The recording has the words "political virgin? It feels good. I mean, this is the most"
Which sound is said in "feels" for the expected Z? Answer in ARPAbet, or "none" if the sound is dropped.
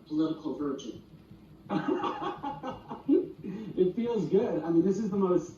Z